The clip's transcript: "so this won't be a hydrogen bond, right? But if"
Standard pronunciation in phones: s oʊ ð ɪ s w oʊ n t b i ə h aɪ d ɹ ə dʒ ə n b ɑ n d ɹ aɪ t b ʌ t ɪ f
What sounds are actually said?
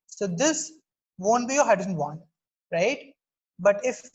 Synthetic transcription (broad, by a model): s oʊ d ɪ s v oʊ n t b i ə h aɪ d ə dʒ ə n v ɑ n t ɹ aɪ t b ʌ t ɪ f